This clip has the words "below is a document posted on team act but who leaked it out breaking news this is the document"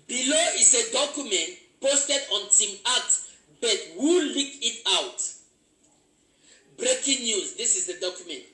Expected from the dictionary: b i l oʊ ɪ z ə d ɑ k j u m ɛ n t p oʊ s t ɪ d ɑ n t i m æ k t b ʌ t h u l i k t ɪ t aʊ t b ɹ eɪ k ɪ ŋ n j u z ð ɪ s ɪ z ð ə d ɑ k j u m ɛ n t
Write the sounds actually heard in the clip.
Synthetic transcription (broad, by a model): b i l oʊ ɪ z ə d ɑ k j u m ɛ n t p oʊ s t ɪ d ɑ n t i m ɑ t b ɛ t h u l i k ɪ t aʊ t b ɹ eɪ k ɪ ŋ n j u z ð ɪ s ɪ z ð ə d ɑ k j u m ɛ n t